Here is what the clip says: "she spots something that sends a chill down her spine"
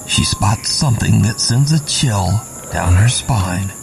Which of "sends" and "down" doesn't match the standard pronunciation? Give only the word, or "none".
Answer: none